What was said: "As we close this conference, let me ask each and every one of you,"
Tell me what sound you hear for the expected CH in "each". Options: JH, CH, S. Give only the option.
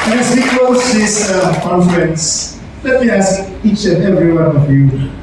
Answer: CH